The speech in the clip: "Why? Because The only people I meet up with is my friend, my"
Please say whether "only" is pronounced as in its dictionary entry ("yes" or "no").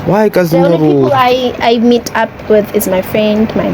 no